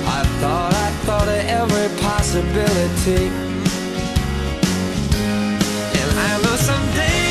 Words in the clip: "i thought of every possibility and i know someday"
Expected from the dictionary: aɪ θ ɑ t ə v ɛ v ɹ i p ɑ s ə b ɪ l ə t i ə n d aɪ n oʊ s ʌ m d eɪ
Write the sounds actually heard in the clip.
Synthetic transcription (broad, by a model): aɪ θ ɑ t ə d ɛ v ɹ i p ɑ s ə b ɪ l ə t i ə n aɪ l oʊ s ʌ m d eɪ